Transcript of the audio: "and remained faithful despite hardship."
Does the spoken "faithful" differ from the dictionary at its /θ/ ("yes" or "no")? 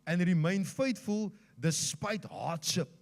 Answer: yes